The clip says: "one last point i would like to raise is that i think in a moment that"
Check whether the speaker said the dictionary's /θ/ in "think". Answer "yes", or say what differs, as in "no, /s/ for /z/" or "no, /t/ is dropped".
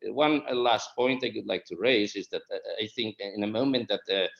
yes